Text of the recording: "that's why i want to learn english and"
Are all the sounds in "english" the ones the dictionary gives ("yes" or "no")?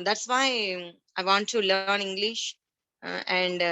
yes